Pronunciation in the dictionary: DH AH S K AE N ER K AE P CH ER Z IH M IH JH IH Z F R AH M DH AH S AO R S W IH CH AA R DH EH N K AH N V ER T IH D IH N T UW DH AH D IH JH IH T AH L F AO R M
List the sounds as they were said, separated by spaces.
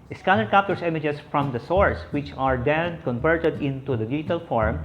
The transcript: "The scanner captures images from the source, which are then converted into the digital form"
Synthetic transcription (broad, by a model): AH S K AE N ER K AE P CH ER S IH M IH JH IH S F R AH M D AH S AO R S W IH CH AA R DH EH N K AH N V ER T IH D IH N T UW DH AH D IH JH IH T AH L F AO R M